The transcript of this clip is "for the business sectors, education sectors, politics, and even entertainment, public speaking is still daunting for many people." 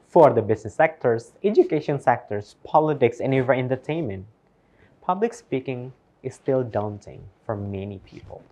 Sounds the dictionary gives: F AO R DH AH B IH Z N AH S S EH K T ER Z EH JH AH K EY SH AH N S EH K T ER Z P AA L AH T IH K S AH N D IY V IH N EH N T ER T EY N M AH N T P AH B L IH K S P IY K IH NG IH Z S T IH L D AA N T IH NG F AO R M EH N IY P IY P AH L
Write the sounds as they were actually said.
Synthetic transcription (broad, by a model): F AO R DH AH B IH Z N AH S S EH K T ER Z EH JH AH K EY SH AH N S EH K T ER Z P AA L AH T IH K S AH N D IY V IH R EH N T ER T EY N M AH N T P AH B L IH K S P IY K IH NG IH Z S T IH L D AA N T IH NG F AO R M EH N IY P IY P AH L